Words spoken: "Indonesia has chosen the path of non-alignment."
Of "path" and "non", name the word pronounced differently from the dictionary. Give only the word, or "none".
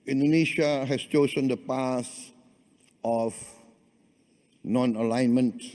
path